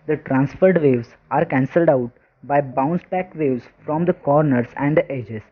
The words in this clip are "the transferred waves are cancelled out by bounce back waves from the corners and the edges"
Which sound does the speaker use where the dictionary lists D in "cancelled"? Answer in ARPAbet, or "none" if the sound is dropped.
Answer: D